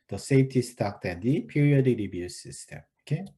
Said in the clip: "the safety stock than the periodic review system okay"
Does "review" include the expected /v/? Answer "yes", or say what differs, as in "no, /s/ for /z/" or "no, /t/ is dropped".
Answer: no, /b/ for /v/